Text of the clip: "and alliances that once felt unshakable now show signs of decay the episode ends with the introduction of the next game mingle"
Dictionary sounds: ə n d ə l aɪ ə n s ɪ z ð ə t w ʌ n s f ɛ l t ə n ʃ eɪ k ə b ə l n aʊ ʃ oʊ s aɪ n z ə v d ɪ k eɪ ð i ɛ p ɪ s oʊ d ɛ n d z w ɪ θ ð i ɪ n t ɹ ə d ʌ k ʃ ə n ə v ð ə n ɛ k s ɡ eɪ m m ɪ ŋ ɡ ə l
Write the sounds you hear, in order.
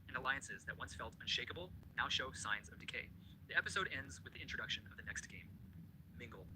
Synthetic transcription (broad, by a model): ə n ə l aɪ ə n s ɪ z ð ə t w ʌ n s f ɛ l t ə n ʃ eɪ k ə b l n aʊ ʃ oʊ s aɪ n z ə v d ɪ k eɪ ð i ɛ p ɪ s oʊ d ɛ n d z w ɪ ð i ɪ n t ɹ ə d ʌ k ʃ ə n ə v ð ə n ɛ k s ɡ eɪ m m ɪ ŋ ɡ l